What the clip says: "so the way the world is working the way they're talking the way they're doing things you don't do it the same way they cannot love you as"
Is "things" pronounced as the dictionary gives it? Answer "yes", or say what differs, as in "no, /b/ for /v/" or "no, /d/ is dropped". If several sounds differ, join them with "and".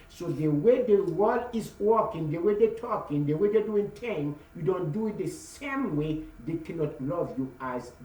no, /z/ is dropped